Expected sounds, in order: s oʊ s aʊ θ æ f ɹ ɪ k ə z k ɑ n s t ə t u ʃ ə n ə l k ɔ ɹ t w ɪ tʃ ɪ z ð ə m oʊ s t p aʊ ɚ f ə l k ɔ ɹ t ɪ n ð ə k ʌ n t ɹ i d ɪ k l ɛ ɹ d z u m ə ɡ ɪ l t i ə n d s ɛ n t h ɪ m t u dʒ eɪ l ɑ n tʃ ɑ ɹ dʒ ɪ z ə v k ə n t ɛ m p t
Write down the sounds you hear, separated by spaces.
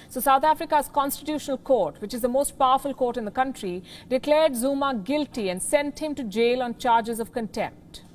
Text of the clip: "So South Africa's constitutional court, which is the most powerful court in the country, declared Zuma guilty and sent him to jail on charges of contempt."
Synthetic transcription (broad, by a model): s oʊ s aʊ t æ f ɹ ɪ k ə z k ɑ n s t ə t u ʃ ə n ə l k ɔ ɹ t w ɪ tʃ ɪ z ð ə m oʊ s t p aʊ ɚ f ə l k ɔ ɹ t ɪ n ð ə k ʌ n t ɹ i d ɪ k l ɛ ɹ d z u m ə ɡ ɪ l t i ə n d s ɛ n t h ɪ m t u dʒ eɪ l ɑ n tʃ ɑ ɹ dʒ ɪ z ə v k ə n t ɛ m p t